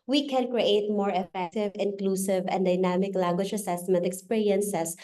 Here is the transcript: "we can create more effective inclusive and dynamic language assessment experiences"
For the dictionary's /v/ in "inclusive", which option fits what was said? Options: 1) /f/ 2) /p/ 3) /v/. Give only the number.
3